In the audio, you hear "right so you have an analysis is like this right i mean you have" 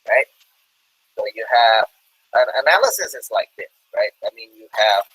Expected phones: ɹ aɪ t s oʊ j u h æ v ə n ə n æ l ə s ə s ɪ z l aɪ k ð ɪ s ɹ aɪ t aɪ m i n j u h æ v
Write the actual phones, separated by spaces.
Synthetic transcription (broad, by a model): ɹ aɪ t s oʊ j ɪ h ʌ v ə n ə n æ l ə s ə s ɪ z l aɪ k ð ɪ s ɹ aɪ t aɪ m i n j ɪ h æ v